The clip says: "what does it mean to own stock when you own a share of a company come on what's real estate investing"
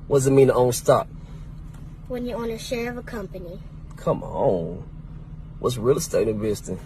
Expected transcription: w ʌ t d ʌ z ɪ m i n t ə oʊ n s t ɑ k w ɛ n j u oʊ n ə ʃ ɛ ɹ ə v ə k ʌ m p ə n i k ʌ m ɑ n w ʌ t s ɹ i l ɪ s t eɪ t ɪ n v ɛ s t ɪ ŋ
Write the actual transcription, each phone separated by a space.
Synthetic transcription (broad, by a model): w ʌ d ʌ z ɪ m i n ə oʊ n s t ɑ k w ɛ n j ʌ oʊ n ə ʃ ɛ ɹ ə v ə k ʌ m p ə n i k ʌ m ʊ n w ʌ t s ɹ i l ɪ s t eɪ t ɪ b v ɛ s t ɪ